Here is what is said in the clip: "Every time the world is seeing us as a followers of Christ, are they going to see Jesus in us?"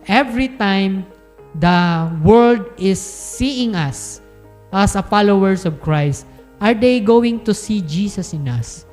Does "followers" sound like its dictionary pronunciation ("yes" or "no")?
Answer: no